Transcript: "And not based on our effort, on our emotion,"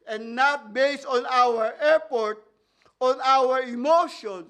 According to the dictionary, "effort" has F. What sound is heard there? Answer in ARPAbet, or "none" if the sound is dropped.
P